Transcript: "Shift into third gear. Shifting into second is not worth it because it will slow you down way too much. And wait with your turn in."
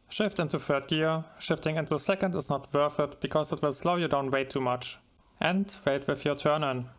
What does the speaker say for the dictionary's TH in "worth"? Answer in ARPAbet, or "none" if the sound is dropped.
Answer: F